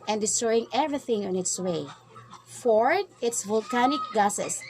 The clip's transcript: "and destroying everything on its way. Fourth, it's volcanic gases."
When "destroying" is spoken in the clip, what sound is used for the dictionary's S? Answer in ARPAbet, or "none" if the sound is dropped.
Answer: S